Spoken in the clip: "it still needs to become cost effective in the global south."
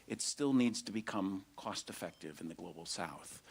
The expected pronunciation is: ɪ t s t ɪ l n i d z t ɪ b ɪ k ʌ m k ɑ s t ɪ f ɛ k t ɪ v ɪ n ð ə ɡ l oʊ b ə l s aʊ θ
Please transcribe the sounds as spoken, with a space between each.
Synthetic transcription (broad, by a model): ɪ t s t ɪ l n i d z t ɪ b ɪ k ʌ m k ɑ s t ɪ f ɛ k t ɪ v ɪ n ð ə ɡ l oʊ b l s aʊ θ